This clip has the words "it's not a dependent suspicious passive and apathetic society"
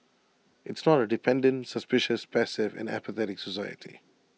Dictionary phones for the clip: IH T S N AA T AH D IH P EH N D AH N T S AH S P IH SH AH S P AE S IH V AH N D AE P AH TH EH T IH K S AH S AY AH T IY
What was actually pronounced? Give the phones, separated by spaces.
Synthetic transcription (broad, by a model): IH T S N AA T AH D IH P EH N D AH N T S AH S P IH SH AH S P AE S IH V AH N AE P AH TH EH T IH K S AH S AY AH T IY